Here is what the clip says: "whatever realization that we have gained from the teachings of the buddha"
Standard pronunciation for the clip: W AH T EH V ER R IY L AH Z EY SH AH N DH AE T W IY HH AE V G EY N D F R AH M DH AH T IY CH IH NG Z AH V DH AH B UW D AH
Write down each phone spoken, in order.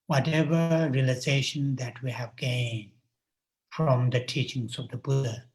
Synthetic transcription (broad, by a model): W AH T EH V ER R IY L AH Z EY SH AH N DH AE T W IY HH AE V G EY N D F R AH M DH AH T IY CH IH NG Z AH V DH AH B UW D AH